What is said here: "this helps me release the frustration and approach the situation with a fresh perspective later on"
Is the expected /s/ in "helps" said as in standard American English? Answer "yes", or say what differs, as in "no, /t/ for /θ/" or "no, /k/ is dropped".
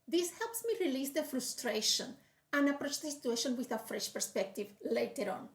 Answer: yes